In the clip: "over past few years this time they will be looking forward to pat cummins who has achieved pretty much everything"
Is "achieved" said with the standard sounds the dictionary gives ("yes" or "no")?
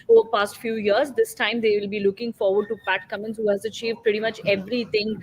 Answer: yes